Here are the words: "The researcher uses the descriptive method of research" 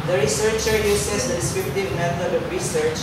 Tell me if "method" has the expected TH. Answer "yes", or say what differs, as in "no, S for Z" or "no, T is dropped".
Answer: no, T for TH